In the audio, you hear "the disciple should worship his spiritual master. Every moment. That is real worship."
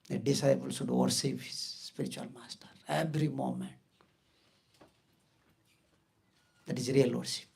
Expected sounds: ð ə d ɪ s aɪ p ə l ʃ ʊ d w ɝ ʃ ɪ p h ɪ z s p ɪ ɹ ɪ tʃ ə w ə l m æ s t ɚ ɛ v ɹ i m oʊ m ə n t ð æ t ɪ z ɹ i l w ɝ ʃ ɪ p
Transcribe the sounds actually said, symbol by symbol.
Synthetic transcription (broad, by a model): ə d ɪ s aɪ p ə l s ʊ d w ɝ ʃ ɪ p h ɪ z s p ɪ ɹ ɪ tʃ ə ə l m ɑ s t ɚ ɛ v ɹ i m oʊ m ə n t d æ t ɪ z ɹ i l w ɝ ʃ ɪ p